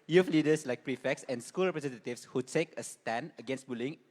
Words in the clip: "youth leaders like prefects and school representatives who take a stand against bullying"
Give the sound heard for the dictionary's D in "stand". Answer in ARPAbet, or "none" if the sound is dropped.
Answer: none